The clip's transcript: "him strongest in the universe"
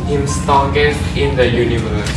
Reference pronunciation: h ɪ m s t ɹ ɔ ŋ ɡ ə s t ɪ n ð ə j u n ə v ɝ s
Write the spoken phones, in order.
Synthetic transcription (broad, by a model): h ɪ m s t ɔ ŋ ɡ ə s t ɪ n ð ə j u n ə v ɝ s